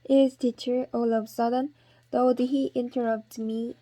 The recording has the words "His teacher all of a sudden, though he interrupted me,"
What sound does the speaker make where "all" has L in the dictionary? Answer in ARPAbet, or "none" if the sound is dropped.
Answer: L